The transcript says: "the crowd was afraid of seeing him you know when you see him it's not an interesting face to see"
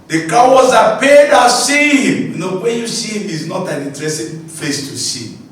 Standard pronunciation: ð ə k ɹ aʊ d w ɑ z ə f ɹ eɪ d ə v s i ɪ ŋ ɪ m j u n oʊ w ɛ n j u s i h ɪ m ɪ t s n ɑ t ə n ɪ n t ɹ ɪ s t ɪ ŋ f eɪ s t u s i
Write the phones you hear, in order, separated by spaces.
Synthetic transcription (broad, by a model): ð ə k aʊ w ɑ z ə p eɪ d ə s i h ɪ m j u n oʊ w ɛ n j u s i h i m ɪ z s n ɑ t ə n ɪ n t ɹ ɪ s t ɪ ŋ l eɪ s t u s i